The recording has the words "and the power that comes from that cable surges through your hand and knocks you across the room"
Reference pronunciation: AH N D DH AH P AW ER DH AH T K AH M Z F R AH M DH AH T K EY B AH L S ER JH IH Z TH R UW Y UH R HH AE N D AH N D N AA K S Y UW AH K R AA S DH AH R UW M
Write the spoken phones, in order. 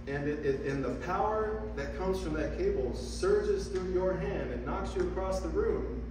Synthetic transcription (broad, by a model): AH N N DH AH P AW ER DH AH T K AH M Z F R AH M DH AH T K EY B L S ER JH IH Z TH R UW Y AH R HH AE N D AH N N AA K S Y AH K R AA S DH AH R UW M